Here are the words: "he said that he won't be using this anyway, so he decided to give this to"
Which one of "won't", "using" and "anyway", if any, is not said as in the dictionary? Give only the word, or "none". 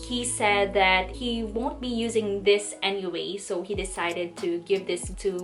none